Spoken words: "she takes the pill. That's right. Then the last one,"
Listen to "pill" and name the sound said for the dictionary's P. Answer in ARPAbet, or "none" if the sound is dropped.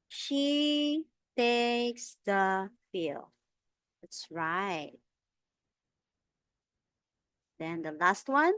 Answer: F